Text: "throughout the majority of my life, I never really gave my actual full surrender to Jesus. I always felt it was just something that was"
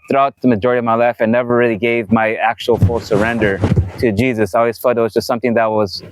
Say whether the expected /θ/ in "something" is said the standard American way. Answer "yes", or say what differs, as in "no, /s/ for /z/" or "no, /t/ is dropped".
yes